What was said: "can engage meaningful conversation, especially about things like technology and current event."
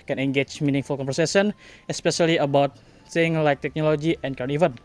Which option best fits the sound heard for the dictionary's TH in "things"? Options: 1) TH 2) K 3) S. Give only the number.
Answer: 3